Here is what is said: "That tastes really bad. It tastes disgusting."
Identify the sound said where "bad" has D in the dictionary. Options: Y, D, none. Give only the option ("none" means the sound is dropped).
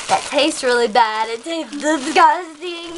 D